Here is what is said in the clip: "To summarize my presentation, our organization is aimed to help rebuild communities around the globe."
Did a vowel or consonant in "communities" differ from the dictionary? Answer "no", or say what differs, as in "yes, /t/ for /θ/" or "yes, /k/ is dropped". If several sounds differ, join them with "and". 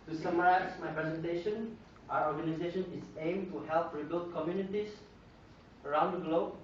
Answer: yes, /s/ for /z/